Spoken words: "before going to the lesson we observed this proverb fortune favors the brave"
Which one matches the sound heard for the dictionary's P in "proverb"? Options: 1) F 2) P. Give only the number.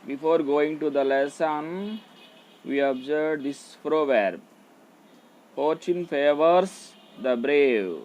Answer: 1